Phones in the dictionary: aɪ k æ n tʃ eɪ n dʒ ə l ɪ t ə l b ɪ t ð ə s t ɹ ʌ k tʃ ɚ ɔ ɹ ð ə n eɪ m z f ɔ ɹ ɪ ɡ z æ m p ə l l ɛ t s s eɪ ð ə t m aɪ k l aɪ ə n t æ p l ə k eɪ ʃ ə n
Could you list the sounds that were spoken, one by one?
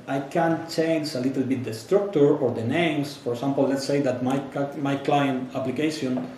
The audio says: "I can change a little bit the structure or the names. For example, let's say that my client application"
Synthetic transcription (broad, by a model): aɪ k æ n tʃ eɪ n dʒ ə l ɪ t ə l b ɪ t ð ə s t ɹ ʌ k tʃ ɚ ɔ ɹ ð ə n eɪ m s f ɔ ɹ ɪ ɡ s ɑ m p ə l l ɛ t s s eɪ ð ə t m aɪ k l aɪ ə n t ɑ p l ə k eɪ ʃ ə n